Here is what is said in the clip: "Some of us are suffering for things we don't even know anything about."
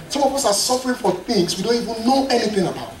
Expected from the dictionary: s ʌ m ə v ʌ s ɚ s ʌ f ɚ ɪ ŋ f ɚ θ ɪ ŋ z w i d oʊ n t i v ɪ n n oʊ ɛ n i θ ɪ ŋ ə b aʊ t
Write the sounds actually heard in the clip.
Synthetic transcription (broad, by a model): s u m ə p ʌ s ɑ s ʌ f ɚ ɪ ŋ f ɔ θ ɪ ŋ s w i d oʊ n t i v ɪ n n oʊ ɛ n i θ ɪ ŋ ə b aʊ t